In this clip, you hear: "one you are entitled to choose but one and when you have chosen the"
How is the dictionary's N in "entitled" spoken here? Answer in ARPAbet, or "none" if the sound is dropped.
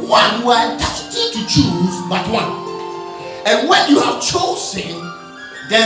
none